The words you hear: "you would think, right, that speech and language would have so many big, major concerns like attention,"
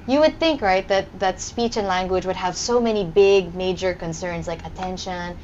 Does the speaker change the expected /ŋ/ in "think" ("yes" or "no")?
no